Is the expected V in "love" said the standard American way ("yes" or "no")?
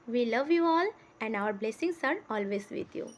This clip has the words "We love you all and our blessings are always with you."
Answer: yes